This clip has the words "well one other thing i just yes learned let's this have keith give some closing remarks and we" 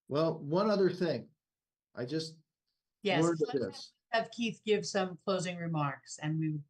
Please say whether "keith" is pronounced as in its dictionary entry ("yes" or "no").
yes